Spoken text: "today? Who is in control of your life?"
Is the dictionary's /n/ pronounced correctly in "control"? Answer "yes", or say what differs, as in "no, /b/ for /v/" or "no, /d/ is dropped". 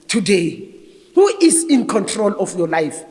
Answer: yes